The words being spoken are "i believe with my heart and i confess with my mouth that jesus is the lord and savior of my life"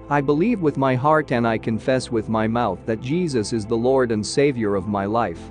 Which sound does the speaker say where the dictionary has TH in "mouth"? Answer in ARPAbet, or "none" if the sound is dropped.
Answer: TH